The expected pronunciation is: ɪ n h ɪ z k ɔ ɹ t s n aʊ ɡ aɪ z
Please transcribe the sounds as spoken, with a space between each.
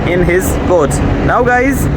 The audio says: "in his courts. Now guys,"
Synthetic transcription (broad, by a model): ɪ n h ɪ z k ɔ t n aʊ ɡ aɪ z